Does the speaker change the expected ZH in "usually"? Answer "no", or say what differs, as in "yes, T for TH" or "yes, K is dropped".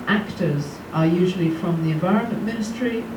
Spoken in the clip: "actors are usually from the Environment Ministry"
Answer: no